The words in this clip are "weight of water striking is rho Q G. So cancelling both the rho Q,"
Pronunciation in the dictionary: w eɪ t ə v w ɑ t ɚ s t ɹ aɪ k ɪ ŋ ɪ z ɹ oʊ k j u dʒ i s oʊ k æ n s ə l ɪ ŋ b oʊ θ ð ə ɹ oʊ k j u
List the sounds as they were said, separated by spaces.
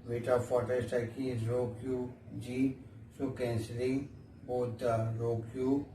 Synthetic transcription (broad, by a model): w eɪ t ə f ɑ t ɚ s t aɪ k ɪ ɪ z ɹ oʊ k j u dʒ i s oʊ k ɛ n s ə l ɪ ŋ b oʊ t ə ɹ oʊ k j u